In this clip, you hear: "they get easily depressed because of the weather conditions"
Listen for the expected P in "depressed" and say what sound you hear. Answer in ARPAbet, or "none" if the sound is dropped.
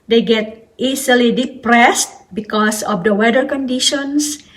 P